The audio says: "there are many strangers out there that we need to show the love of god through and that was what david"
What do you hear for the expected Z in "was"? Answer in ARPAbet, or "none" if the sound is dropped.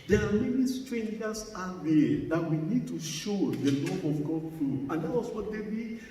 S